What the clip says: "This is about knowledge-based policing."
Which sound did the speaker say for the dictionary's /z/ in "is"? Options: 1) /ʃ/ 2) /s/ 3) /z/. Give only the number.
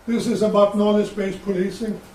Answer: 3